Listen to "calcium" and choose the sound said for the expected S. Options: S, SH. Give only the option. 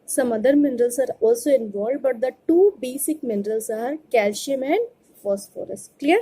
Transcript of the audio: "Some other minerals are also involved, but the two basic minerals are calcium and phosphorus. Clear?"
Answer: SH